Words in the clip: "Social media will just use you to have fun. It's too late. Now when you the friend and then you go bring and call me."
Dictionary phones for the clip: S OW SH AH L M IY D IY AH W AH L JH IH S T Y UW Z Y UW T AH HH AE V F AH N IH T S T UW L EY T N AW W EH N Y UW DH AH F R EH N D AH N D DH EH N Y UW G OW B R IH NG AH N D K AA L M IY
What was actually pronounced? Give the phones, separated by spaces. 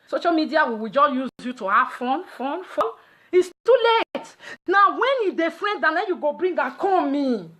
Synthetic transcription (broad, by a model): S OW SH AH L M IY D IY AH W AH W JH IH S Y UW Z Y UW T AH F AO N F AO N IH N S T UW L EY T N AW W EH N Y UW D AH F R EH N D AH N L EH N Y UW G OW B R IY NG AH K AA M IY